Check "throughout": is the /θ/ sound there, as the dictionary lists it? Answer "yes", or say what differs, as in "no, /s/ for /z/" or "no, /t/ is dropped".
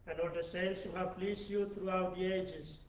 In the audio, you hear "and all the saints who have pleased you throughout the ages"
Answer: no, /t/ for /θ/